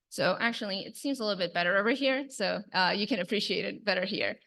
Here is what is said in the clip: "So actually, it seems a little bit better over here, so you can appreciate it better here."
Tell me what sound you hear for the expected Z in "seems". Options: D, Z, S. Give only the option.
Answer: Z